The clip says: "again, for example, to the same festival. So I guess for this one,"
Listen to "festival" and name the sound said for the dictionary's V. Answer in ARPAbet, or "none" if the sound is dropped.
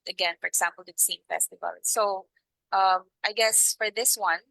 V